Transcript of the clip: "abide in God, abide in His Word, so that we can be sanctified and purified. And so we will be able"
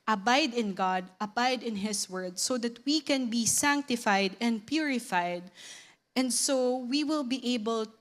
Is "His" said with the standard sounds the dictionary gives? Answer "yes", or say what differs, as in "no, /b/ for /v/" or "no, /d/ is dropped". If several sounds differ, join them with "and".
no, /s/ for /z/